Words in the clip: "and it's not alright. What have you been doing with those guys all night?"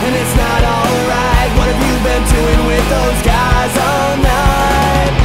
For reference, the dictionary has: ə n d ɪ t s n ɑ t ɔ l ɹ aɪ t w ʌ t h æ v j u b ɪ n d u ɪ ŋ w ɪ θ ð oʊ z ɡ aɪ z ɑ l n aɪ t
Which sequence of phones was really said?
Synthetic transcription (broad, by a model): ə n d ɪ t s n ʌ t ɔ l ɹ aɪ t w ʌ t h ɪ v j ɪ b ɪ n d u ɪ ŋ w ɪ ð oʊ z ɡ aɪ z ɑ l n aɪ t